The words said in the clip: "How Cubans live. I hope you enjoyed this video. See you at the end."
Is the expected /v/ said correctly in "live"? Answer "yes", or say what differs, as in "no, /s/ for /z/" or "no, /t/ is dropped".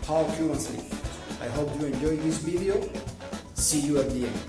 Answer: no, /p/ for /v/